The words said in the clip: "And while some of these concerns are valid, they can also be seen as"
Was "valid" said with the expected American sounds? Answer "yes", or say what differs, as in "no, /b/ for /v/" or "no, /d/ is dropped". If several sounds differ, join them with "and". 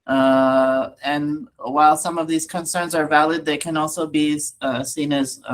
yes